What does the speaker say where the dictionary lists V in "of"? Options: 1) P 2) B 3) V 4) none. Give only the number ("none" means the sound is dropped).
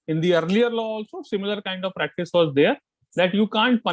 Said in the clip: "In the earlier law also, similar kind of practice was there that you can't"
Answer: 3